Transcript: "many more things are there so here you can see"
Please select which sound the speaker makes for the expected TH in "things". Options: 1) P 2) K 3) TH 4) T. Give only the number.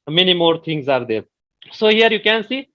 4